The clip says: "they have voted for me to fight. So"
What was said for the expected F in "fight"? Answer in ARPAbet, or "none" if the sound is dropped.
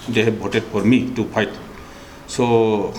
P